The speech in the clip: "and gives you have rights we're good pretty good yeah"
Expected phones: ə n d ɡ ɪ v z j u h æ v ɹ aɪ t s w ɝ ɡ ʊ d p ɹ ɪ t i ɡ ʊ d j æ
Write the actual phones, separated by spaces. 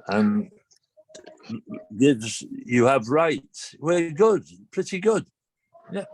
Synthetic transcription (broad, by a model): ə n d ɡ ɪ z j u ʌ v ɹ aɪ t w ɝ ɡ ʊ d p ɹ ɪ t i ɡ ʊ d j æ